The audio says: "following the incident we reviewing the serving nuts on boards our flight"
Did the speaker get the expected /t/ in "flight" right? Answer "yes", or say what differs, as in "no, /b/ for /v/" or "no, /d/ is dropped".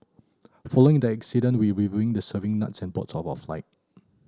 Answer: yes